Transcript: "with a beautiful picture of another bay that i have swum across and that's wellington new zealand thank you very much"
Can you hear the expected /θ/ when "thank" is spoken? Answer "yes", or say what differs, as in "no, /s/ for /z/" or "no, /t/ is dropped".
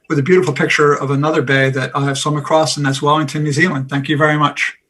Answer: yes